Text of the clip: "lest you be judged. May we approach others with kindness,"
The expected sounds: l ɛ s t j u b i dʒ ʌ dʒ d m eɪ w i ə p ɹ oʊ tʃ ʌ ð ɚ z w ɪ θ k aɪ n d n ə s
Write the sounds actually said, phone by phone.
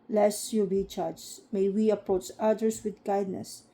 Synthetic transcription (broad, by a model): l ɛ s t j u b i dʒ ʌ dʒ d m eɪ w i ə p oʊ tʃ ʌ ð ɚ s w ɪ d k aɪ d n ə s